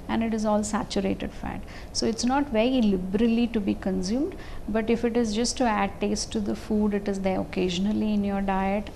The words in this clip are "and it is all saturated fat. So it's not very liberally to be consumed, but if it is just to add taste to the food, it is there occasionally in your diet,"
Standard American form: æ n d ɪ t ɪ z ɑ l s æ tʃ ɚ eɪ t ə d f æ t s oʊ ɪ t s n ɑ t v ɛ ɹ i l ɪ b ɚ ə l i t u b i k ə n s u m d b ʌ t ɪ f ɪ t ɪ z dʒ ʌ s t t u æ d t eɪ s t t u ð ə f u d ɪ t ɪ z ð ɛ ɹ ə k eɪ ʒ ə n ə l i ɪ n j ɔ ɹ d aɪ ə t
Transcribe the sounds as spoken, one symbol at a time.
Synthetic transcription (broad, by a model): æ n d ɪ t ɪ z ɑ l s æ tʃ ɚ eɪ t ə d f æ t s oʊ ɪ t s n ɑ t v ɛ ɹ i l ɪ b ɚ ə l i t u b i k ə n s u m d b ʌ t ɪ f ɪ t ɪ z dʒ ʌ s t t u æ d t eɪ s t t u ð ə f u d ɪ t ɪ z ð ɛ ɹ ə k eɪ ʒ ə n ə l i ɪ n j ɔ ɹ d aɪ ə t